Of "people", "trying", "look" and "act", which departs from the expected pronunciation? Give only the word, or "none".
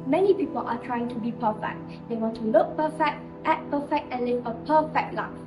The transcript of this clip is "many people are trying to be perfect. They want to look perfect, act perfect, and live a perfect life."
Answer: act